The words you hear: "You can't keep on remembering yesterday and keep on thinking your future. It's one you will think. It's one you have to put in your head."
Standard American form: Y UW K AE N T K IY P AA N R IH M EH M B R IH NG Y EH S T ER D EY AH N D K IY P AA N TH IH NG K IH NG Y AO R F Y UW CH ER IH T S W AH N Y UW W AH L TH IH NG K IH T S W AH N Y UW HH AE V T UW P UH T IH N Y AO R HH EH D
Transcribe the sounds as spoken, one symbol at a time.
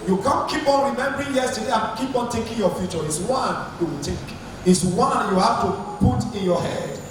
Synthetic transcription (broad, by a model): Y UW K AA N K IY P AA N R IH M EH M B R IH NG Y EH S T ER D EY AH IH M K IY P AA N T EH K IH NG Y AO F Y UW CH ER IH T S W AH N Y UW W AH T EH K IH T S W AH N Y UW HH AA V T UW P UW T IH N Y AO HH EH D